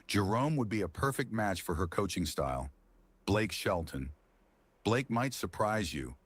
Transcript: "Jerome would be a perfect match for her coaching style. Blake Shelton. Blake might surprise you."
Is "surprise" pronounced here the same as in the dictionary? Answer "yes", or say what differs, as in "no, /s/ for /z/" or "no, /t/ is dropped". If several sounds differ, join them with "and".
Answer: yes